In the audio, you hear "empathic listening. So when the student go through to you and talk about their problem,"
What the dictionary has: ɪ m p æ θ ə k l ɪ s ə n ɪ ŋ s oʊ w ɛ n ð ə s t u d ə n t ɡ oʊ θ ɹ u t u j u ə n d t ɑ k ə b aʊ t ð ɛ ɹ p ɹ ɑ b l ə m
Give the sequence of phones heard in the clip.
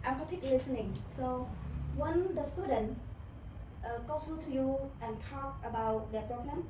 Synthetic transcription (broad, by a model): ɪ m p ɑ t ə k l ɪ s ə n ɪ ŋ s oʊ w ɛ n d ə s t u d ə n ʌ ɡ oʊ s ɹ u t u j u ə n t ɑ k ə b aʊ t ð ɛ p ɹ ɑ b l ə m